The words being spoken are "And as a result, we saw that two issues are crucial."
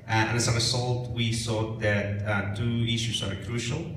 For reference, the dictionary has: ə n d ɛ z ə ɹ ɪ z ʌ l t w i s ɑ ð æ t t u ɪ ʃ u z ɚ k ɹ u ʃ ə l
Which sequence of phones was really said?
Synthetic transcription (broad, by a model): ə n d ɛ s ə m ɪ s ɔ l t w i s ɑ ð æ t t u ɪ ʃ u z ɚ k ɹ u ʃ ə l